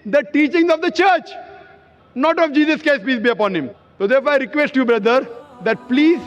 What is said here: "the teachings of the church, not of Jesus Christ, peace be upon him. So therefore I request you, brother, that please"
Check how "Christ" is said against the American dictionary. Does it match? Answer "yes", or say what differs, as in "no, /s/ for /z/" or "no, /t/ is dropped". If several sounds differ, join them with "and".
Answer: no, /ɹ/ is dropped